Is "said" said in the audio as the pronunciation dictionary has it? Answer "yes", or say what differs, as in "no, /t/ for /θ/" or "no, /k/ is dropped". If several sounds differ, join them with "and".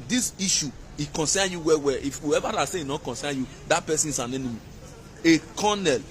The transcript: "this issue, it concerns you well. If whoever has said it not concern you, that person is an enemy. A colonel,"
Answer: no, /d/ is dropped